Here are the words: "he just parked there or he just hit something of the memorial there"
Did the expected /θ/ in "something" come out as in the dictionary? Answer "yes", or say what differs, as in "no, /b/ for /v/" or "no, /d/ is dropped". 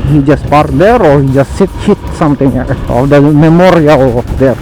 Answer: no, /t/ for /θ/